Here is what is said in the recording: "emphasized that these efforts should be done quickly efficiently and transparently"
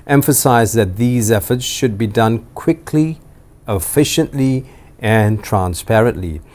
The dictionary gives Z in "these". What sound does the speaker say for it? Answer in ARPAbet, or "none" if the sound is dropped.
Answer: Z